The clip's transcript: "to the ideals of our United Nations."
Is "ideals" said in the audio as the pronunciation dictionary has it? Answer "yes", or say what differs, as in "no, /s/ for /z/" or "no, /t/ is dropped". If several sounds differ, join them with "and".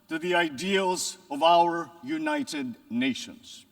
yes